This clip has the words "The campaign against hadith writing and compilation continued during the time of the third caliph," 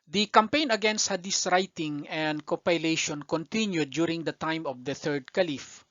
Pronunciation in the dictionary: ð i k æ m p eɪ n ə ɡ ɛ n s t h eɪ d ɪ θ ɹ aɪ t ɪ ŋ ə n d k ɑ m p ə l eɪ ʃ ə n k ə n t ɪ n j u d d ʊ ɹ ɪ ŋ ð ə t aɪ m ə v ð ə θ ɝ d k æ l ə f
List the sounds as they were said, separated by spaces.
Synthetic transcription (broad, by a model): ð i k æ m p eɪ n ə ɡ ɛ n s t h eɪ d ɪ s ɹ aɪ t ɪ ŋ ə n d k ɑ p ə l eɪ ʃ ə n k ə n t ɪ n j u d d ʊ ɹ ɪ ŋ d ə t aɪ m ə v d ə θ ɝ d k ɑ l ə f